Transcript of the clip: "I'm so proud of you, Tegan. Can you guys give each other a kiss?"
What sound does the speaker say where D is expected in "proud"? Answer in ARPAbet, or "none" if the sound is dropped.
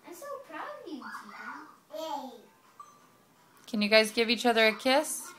none